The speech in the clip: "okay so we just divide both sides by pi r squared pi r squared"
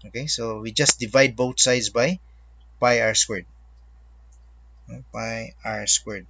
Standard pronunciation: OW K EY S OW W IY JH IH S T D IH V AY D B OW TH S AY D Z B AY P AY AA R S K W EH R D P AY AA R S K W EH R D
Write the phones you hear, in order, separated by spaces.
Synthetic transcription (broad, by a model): OW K EY S OW W IY JH IH S T D IH V AY D B OW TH S AY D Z B AY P AY AA R S K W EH R D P AY AA R S K W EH R D